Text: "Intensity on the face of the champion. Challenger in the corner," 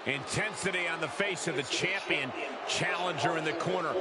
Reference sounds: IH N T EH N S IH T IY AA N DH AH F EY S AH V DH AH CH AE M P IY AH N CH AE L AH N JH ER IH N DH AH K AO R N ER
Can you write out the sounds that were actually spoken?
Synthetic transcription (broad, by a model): IH N T EH N S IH T IY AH N DH AH F EY S AH V DH AH CH AE M P IY AH N CH AE L AH N JH ER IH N DH AH K AO R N ER